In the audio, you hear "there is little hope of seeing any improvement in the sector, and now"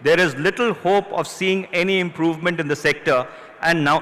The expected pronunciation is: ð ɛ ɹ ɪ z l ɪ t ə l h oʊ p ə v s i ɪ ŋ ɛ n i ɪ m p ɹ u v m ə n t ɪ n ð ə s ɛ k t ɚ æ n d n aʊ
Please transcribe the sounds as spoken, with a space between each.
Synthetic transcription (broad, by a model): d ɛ ɹ ɪ z l ɪ t ə l h oʊ p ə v s i ɪ ŋ ɛ n i ɪ m p ɹ u v m ə n t ɪ n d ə s ɛ k t ɚ æ n d n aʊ